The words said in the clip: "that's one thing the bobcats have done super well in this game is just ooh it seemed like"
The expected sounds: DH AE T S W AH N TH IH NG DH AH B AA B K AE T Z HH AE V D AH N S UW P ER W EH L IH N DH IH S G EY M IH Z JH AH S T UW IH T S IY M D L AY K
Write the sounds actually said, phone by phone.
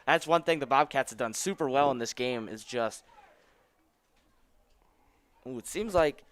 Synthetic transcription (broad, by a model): DH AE T S W AH N TH IH NG DH AH B AA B K AE T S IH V D AH N S UW P ER W EH L IH N DH IH S G EY M IH Z JH AH S T UW IH T S IY M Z L AY K